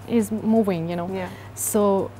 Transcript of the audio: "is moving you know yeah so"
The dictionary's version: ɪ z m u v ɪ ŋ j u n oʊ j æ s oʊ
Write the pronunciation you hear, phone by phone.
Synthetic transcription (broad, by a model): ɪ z m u w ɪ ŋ j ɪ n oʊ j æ s oʊ